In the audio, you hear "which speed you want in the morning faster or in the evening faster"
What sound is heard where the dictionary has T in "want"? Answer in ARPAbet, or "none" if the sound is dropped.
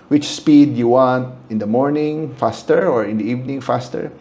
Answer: T